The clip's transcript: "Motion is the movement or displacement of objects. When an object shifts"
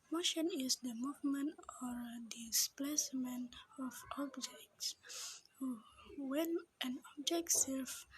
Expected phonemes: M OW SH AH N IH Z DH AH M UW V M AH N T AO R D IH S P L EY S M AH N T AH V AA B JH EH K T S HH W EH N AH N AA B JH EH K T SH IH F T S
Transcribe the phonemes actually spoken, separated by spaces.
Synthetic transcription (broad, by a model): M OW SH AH N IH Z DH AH M UW V M AH N T AO R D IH S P L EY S M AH N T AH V AA B JH EH K T S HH W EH N AH N AA B JH EH K T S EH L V